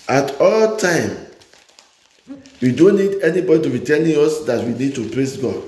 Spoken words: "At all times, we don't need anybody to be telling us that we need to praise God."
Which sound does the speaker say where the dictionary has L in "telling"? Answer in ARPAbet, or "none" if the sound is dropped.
N